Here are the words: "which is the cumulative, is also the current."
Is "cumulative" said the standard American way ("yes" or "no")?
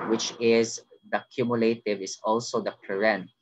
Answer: yes